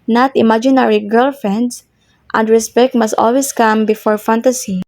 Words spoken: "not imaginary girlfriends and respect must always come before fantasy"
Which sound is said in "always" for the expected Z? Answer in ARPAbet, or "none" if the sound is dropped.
S